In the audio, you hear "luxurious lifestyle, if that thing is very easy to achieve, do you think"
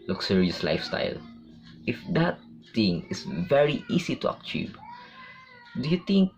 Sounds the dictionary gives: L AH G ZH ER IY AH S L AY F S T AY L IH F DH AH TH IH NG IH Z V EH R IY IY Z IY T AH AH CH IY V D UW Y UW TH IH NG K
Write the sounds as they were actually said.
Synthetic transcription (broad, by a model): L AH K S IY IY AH S L AY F S T AY L IH F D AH T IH NG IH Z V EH R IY IY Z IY T AH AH CH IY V D UW Y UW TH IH NG K